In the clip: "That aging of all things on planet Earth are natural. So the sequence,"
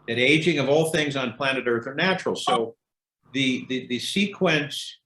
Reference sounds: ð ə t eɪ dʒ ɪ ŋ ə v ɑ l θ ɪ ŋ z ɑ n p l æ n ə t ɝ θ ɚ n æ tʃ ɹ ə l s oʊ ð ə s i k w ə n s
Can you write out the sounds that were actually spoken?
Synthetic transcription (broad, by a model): ð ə t eɪ dʒ ɪ ŋ ə v ɑ l θ ɪ ŋ z n p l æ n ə t ɝ θ ɚ n æ tʃ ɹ l s oʊ ð ə s i k w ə n s